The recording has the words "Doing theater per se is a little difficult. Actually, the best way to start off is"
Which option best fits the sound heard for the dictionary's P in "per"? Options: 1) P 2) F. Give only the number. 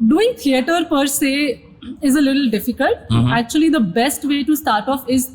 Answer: 1